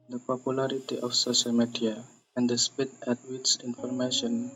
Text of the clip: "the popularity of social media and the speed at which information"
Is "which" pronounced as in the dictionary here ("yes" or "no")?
no